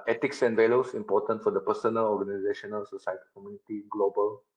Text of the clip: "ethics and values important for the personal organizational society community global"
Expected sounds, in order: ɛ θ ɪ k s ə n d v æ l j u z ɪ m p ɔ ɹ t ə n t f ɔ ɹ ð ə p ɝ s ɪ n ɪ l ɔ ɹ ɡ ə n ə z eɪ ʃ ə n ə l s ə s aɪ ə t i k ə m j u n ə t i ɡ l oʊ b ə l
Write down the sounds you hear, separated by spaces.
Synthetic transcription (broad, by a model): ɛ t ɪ k s ə n d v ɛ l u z ɪ m p ɔ ɹ t ə n t f ɔ ɹ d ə p ɝ s ɪ n ɪ l ɔ ɹ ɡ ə n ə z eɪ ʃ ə n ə l s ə s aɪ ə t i k ə m j u n ə t i ɡ l oʊ b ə l